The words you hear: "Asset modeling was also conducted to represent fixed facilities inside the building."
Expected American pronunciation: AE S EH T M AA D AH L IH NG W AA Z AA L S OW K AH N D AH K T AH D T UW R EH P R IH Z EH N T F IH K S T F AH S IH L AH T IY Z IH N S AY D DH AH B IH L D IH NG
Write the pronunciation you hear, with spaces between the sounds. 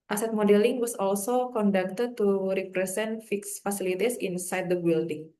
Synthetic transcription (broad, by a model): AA S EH T M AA D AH L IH NG W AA S AA L S OW K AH N D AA K T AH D T UW R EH P R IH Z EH N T F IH K S F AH S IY L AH T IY S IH N S AY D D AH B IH L D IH NG